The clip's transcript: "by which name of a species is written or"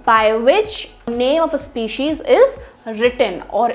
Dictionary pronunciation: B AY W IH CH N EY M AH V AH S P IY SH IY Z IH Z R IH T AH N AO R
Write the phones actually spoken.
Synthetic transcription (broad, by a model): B AY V IH CH N EY M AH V AH S P IY SH IY Z IH Z R IH T AH N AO R